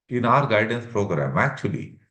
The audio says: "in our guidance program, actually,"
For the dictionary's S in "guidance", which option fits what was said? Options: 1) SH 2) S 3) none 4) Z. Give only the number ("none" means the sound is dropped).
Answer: 2